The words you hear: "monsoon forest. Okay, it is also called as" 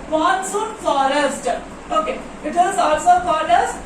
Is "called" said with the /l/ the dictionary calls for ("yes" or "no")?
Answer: no